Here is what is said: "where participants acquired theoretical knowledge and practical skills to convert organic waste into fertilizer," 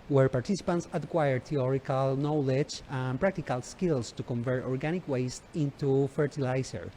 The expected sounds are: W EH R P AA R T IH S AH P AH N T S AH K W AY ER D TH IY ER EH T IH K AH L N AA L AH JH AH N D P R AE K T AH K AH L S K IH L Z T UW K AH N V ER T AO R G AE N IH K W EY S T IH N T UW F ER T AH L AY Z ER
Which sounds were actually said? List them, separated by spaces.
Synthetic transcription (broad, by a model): W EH R P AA R T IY S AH P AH N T S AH K W AY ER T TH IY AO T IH K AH L N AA L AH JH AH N P R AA K T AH K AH L S K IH L S T UW K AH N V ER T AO R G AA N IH K W EY S T IH N T UW F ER T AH L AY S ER